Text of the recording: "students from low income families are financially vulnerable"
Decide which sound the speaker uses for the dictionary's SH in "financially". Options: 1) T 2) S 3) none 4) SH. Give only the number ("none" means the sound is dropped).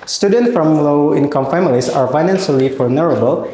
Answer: 2